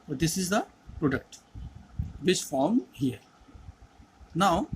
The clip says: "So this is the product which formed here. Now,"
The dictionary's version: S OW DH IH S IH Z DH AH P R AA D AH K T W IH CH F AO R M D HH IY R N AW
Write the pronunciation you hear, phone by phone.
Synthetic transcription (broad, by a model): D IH S IH Z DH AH P R AA D AH K T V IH S F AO R M HH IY R N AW